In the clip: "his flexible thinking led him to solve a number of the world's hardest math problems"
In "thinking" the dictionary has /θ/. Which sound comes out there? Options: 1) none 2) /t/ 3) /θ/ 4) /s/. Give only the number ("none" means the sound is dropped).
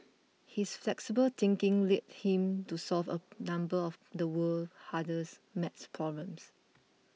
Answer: 2